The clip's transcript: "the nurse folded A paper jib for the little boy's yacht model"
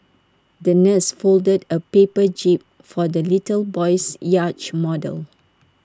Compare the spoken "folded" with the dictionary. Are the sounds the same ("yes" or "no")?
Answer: yes